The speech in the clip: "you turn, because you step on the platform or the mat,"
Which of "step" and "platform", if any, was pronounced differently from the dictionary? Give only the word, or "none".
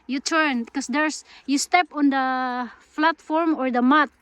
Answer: platform